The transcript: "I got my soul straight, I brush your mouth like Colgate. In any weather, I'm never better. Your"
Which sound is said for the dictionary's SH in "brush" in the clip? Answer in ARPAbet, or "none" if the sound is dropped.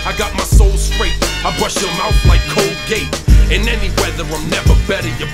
SH